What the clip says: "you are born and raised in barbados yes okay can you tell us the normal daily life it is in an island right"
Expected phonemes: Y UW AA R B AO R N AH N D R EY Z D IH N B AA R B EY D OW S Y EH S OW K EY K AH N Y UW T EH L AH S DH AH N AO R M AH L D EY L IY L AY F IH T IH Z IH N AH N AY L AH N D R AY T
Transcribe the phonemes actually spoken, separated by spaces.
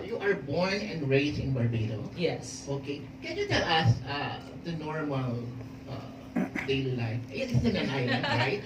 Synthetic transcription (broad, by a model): Y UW AA R B AO R N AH N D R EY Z IH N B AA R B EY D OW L Y EH S OW K EY K AH N Y UW T EH L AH S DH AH N AO R M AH L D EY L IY L AY F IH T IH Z IH N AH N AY AH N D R AY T